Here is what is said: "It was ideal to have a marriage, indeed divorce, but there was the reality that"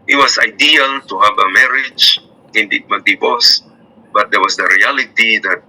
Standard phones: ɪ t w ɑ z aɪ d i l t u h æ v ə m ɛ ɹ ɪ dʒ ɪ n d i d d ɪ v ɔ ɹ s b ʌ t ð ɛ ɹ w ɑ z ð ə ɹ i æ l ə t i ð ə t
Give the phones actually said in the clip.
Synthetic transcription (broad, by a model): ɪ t w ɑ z aɪ d i l t u h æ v ə m ɛ ɹ ɪ dʒ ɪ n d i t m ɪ b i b s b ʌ t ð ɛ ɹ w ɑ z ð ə ɹ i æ l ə t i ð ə t